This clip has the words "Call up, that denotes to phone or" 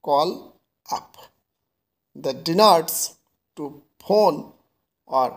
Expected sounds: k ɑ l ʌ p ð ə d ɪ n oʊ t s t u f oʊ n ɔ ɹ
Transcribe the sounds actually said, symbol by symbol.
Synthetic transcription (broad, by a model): k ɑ l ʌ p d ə d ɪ n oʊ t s t u p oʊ n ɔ ɹ